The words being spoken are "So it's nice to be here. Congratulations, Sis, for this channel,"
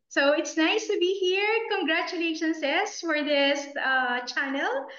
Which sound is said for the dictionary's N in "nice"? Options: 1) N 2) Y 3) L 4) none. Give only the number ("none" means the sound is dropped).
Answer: 1